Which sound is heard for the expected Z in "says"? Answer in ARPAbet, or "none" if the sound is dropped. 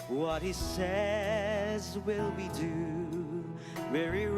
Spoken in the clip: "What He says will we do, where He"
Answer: Z